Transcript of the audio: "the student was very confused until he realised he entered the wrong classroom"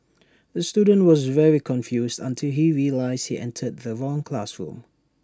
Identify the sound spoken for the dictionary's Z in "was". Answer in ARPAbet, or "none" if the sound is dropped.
Z